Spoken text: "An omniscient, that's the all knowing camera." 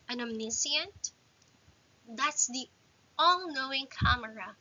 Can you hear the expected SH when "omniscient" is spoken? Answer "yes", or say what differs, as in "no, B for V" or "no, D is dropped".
no, S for SH